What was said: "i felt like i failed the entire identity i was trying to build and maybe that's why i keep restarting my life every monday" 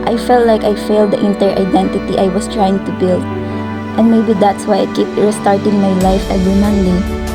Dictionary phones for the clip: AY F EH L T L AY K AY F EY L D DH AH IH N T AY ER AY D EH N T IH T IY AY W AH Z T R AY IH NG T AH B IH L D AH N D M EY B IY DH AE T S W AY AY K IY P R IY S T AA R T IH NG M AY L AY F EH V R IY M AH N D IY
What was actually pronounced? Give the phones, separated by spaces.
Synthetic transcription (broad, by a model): AY F EH L T L AY K AY F EY L D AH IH N T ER AY D EH N T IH T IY AY W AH S T R AY IH NG T AH B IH L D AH N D M EY B IY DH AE T S W AY AY K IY P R S T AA R T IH NG M AY L AY F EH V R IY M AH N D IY